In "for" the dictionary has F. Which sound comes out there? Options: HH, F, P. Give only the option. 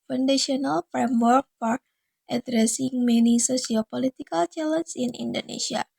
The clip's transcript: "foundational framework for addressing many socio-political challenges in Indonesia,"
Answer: P